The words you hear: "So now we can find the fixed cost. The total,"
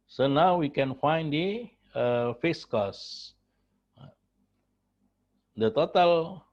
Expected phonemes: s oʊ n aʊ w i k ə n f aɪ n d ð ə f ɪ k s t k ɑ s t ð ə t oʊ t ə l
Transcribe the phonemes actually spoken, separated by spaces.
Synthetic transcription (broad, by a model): s oʊ n aʊ w i k ə n f aɪ n d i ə f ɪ s k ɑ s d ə t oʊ t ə l